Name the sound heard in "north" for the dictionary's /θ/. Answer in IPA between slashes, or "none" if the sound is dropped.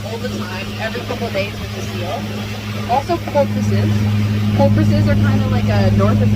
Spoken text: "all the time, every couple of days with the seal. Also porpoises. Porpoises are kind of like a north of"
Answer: /θ/